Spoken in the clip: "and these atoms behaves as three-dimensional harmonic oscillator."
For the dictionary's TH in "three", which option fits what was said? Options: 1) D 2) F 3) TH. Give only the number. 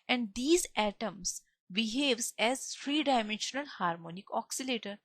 2